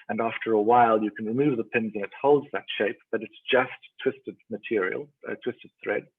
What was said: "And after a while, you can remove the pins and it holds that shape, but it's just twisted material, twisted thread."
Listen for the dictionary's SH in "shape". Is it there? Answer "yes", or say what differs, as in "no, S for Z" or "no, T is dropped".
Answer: yes